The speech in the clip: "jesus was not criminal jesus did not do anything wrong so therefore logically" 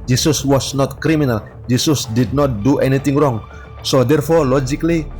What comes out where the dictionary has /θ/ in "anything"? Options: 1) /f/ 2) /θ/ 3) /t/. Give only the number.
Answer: 3